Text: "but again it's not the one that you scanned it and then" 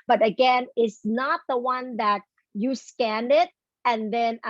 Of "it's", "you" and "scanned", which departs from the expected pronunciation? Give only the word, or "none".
none